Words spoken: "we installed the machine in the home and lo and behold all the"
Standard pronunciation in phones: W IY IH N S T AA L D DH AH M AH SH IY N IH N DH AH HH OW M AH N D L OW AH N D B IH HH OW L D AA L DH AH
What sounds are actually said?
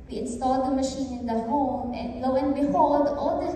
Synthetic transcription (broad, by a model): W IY IH N S T AA L D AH M AH SH IY N IH N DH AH HH OW M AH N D L OW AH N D B IH HH OW L D AA L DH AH